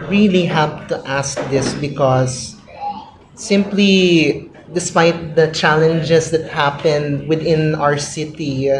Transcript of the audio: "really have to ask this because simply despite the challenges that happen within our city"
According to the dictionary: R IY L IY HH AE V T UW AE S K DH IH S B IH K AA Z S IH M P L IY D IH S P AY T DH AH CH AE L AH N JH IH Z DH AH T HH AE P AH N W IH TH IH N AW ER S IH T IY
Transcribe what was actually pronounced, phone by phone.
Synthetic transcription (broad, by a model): R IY L IY HH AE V T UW AE S K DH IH S B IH K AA S IH M P L IY D IH S P AY T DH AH CH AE L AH N JH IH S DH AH T HH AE P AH N W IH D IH N AW ER S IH T IY